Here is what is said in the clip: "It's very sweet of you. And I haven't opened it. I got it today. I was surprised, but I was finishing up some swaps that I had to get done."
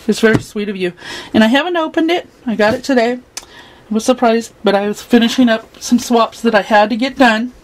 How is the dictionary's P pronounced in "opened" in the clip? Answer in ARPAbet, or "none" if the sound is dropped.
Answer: P